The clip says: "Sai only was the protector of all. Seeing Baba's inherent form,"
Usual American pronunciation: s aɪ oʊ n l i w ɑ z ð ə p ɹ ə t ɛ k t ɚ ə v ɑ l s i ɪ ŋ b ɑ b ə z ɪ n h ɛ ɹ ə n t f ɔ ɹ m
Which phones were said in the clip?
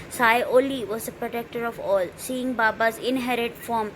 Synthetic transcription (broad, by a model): s aɪ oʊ l i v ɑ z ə p ɹ ə t ɛ k t ɚ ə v ɑ l s i ɪ ŋ b ɑ b ə z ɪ n h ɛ ɹ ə t f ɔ m